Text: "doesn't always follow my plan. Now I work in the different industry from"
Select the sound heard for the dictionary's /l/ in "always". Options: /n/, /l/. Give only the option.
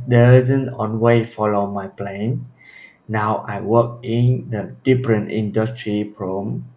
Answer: /n/